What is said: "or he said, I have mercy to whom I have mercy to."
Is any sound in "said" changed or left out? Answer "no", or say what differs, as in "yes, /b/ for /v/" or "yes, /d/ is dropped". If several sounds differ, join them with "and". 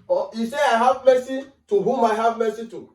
yes, /d/ is dropped